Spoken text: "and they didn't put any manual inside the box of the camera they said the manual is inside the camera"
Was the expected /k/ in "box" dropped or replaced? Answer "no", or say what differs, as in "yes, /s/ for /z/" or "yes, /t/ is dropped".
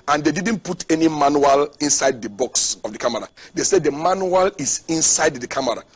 no